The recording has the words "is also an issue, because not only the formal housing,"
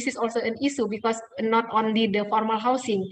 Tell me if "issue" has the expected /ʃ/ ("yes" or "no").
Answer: no